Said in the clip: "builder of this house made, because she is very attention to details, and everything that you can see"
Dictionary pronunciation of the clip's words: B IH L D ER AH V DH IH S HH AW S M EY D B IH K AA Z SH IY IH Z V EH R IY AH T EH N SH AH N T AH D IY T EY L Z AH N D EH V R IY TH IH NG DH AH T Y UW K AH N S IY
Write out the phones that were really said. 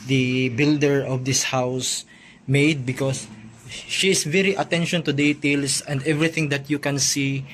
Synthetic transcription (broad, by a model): B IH L D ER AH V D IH S HH AW S M EY D B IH K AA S SH IY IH S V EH R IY AH T EH N SH AH N T AH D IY T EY L S AH N D EH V R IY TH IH NG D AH T Y UW K AH N S IY